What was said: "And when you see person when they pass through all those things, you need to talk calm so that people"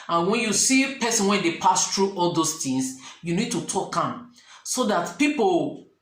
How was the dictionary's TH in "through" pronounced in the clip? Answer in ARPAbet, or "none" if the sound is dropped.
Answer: T